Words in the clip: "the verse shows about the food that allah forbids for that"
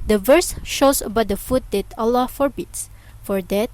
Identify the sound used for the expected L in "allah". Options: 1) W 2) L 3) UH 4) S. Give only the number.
2